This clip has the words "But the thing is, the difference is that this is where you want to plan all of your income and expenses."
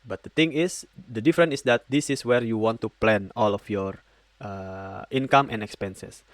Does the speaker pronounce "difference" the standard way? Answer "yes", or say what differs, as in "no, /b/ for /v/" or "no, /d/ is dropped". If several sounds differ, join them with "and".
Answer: no, /s/ is dropped